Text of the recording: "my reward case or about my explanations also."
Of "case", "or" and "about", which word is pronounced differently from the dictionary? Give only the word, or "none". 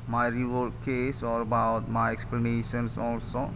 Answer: none